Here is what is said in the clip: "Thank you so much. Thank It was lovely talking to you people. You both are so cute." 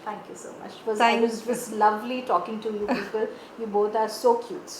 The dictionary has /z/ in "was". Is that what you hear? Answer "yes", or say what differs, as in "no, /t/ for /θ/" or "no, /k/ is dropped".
no, /s/ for /z/